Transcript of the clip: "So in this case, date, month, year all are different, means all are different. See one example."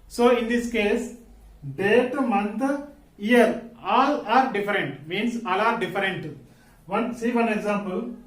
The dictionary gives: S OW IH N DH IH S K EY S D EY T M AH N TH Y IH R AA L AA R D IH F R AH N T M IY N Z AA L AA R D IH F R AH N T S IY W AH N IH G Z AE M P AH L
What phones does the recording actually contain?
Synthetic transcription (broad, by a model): S OW IH N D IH S K EY S D EY T M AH N T Y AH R AA L AA R D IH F R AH N T M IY N S AA L AA R D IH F R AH N T S IY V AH N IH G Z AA M P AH L